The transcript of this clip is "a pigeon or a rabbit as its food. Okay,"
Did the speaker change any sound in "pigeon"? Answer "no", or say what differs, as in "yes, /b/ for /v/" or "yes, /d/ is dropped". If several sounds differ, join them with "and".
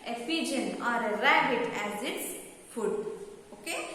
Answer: yes, /f/ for /p/